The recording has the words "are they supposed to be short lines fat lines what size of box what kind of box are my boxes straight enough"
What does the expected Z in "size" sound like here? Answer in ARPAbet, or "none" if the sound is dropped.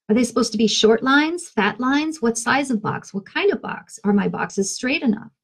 Z